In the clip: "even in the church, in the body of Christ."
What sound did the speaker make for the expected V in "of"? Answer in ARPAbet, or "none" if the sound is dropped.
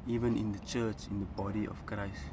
F